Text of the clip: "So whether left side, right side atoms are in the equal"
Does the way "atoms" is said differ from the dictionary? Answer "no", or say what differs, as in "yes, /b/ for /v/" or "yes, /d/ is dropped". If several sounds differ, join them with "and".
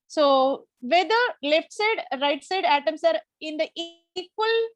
yes, /s/ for /z/